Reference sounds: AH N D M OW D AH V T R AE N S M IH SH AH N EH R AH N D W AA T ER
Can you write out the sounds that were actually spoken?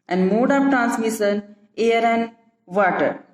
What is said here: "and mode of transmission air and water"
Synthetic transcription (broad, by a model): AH N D M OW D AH P T R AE N S M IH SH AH N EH R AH N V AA T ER